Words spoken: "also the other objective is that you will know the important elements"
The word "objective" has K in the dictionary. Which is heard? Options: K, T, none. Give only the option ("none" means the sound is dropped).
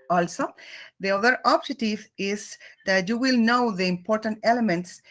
none